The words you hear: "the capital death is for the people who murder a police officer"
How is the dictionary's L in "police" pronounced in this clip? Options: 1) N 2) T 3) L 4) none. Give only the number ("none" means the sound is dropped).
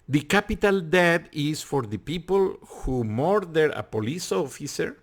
3